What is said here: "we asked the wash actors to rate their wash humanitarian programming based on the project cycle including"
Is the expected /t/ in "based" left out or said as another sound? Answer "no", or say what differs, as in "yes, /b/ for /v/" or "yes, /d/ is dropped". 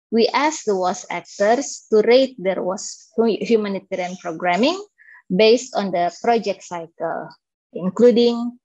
no